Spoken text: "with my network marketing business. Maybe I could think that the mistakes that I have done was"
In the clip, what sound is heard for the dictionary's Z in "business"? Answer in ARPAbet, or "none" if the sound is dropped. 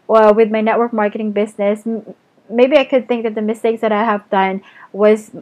Z